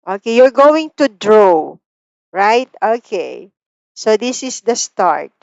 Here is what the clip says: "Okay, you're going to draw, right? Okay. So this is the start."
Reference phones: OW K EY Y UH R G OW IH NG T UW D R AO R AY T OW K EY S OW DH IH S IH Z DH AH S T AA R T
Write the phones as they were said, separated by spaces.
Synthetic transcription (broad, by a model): OW K EY Y UH R G OW IH NG T UW D R AO R AY T OW K EY S OW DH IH S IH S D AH S T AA R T